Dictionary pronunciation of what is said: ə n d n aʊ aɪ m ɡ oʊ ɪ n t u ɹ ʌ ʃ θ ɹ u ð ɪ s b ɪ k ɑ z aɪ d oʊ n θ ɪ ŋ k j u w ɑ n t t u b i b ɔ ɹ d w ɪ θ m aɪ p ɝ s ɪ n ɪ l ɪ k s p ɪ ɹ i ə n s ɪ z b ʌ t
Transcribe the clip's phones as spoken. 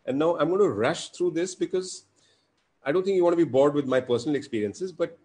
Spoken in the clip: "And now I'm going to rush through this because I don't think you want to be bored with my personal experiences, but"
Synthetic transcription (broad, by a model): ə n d n aʊ aɪ m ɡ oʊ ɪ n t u ɹ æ ʃ t ɹ u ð ɪ s b ɪ k ɑ z aɪ d oʊ n t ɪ ŋ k j u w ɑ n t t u b i b ɔ ɹ d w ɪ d m aɪ p ɝ s ɪ n ɪ l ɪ k s p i ɹ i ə n s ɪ z b ʌ t